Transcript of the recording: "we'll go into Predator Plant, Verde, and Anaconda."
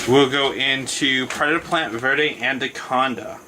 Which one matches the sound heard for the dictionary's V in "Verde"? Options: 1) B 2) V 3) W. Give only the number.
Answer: 2